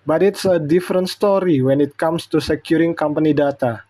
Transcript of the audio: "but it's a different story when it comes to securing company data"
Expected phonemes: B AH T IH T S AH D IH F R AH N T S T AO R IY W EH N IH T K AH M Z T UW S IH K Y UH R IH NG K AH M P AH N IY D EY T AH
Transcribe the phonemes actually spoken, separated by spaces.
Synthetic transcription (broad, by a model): B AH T IH T S AH D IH F R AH N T S T AO R IY W EH N IH T K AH M S T UW S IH K Y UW R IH NG K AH M P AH N IY D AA T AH